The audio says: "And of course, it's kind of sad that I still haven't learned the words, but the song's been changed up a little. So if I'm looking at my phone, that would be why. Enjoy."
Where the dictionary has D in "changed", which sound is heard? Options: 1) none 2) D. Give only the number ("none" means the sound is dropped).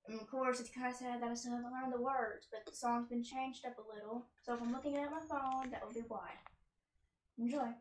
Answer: 2